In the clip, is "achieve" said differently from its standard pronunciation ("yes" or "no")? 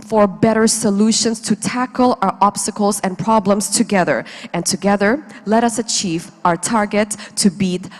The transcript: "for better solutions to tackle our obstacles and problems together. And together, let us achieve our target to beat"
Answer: no